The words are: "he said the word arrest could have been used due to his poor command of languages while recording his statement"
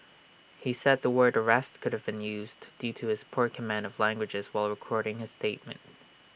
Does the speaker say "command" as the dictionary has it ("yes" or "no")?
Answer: yes